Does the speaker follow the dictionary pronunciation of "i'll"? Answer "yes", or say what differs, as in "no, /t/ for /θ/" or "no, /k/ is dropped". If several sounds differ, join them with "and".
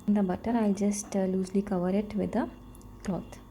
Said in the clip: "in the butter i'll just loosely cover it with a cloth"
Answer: yes